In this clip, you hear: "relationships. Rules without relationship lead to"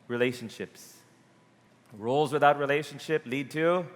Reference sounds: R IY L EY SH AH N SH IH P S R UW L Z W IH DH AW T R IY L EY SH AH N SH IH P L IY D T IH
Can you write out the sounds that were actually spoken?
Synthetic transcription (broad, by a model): R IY L EY SH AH N SH IH P S R UW L Z W IH DH AW T R IY L EY SH AH N SH IH P L IY D T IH